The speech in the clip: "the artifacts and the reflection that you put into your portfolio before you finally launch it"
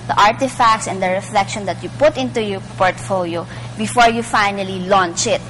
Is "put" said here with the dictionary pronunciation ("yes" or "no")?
yes